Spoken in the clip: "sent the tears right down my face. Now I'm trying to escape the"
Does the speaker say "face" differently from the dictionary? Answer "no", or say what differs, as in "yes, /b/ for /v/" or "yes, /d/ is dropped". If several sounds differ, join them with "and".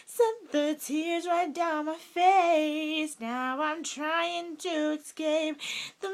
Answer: no